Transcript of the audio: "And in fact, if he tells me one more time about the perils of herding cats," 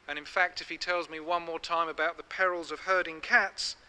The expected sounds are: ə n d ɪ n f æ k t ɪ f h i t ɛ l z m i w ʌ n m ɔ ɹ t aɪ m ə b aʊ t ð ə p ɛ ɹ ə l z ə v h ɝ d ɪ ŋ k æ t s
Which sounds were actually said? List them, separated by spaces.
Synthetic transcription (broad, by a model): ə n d ɪ n f æ k t ɪ f h i t ɛ l z m i w ʌ n m ɔ ɹ t aɪ m ə b aʊ t ð ə p ɛ ɹ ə l z ə v h ɝ d ɪ ŋ k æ t s